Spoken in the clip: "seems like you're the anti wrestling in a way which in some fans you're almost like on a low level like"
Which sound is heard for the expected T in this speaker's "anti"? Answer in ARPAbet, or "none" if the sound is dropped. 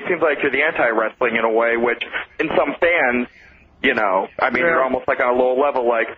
T